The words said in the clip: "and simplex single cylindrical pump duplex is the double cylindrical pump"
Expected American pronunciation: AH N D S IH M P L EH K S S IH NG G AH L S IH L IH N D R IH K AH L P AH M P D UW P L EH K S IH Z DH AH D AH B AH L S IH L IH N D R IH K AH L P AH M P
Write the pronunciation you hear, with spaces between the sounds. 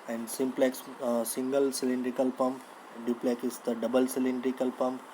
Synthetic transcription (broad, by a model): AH N D S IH M P L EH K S S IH NG G AH L S IH L IH N D R IH K AH L P AH M P D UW P L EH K IH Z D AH D AH B AH L S IH L IH N D R IH K AH L P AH M P